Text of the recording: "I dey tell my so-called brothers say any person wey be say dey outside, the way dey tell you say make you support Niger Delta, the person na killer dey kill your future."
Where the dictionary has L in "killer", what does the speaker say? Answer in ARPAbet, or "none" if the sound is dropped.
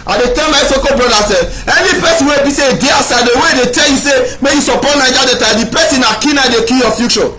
N